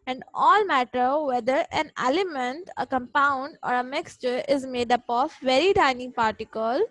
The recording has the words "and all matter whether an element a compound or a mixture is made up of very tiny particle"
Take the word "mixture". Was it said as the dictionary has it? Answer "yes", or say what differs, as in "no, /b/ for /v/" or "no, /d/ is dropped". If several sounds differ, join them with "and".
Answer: yes